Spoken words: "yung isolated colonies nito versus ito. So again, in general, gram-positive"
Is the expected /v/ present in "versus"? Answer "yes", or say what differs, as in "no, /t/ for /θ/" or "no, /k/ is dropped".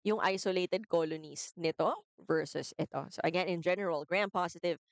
yes